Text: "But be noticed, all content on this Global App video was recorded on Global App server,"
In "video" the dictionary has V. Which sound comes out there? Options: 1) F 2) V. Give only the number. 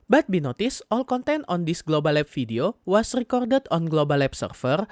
1